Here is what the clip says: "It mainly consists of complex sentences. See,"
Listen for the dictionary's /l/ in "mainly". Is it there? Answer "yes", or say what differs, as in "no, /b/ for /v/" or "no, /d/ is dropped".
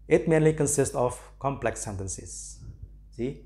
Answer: yes